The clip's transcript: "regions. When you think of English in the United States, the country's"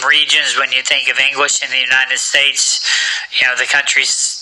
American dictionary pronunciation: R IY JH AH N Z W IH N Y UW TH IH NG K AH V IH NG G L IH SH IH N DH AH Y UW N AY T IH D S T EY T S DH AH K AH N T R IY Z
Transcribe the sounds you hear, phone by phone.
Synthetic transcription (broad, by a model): R IY JH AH N Z W IH N Y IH TH IH NG K AH V IH NG G L IH SH IH N DH AH Y UW N AY T IH D S T EY T S DH AH K AH N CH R IY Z